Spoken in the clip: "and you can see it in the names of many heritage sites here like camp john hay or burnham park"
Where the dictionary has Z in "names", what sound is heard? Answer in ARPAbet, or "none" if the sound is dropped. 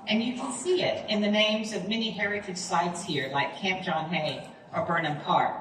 Z